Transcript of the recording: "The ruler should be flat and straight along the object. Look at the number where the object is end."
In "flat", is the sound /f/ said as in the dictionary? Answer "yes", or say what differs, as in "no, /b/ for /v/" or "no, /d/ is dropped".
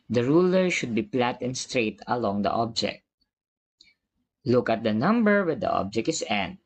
no, /p/ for /f/